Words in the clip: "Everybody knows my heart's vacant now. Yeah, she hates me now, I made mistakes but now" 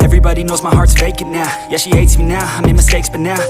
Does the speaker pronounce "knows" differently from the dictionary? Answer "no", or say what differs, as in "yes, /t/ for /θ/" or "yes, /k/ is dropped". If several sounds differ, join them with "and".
no